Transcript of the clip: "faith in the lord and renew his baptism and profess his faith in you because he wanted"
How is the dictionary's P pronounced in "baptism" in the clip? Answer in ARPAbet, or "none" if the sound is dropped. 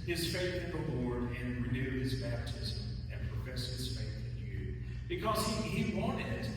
P